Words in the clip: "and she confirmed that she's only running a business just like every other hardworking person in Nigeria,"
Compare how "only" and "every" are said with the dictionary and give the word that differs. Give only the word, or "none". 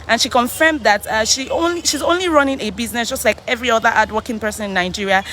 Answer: none